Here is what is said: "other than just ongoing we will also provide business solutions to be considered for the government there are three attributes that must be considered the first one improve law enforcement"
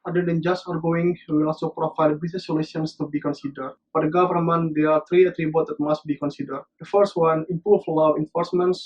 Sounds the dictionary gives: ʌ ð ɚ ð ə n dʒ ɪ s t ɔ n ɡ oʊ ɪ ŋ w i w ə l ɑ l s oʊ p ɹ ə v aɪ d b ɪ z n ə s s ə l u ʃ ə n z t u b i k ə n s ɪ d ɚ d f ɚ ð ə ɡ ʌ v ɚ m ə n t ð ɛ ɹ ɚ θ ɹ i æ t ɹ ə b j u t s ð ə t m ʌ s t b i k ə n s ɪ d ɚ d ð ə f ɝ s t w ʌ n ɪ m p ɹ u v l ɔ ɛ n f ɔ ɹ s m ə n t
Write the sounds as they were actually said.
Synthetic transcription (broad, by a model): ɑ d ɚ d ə n dʒ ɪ s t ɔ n ɡ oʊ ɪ ŋ w i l ɑ l s oʊ p ɹ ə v aɪ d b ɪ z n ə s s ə l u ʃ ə n s t u b i k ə n s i d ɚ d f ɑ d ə ɡ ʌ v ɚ m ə n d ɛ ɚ t ɹ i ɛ t ɹ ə b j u t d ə t m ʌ s t b i k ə n s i d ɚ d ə f ɝ s t w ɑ n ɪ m p ɹ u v l ɔ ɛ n f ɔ ɹ s m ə n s